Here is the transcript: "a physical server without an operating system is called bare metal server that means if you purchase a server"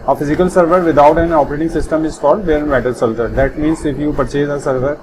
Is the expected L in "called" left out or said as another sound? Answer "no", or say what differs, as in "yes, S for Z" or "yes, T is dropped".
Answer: yes, L is dropped